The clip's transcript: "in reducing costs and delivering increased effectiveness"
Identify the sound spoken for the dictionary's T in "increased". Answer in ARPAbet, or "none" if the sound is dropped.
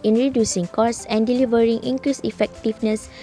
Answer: none